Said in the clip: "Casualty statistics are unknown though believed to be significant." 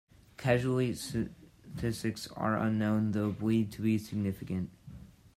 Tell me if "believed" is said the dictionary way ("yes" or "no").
no